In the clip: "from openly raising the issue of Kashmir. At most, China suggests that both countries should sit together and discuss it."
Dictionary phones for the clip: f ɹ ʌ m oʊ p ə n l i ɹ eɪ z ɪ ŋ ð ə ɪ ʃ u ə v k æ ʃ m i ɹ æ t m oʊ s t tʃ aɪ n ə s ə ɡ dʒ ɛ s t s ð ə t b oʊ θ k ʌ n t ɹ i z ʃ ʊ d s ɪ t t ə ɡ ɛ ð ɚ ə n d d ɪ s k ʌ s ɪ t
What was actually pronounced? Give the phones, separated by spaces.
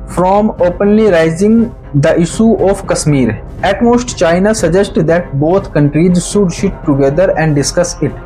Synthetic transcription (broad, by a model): f ɹ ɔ m oʊ p ə n l i ɹ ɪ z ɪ ŋ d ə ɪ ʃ u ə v k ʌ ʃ m i ɹ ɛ t m oʊ s t tʃ aɪ n ə s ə dʒ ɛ s t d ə t b oʊ t k ʌ n t ɹ i z ʃ ʊ d ʃ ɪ t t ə ɡ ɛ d ɚ ə n d d ɪ s k ʌ s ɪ t